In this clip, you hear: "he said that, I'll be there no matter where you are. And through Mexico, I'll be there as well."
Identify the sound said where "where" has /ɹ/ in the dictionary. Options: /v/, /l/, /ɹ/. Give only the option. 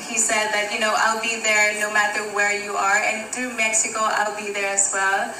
/ɹ/